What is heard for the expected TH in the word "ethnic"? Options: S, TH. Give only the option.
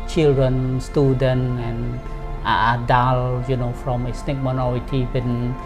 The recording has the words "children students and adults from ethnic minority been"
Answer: S